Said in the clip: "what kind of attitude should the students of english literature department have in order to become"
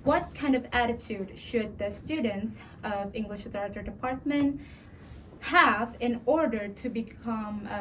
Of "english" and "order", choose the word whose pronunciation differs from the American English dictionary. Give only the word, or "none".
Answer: none